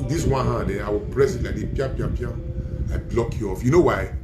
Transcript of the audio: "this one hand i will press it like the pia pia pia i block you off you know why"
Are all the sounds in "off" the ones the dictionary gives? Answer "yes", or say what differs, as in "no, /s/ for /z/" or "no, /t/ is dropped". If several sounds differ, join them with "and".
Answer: yes